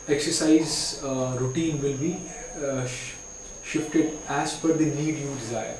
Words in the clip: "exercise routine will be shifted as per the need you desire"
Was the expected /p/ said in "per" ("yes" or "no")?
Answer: no